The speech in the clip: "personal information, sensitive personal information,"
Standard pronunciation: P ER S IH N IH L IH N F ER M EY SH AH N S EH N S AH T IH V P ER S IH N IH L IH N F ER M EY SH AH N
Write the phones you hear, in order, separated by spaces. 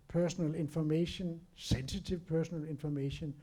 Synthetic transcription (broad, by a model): P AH S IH N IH L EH N F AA M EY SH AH N S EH N S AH S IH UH P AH S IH N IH L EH N F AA M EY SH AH N